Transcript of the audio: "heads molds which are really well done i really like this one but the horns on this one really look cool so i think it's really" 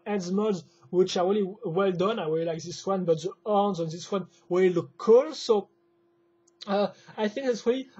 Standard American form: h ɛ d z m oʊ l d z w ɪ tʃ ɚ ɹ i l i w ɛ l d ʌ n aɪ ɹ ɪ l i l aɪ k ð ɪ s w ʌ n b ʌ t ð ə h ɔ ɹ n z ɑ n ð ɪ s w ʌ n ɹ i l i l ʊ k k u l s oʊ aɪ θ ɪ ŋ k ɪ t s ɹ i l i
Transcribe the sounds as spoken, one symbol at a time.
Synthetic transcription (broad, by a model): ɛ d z m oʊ d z w ɪ tʃ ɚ ɹ i l i w ɛ l d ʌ n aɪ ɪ w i l aɪ k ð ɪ s w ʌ n b ʌ t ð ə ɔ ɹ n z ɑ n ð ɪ s w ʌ n w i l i l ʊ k k u l s oʊ aɪ θ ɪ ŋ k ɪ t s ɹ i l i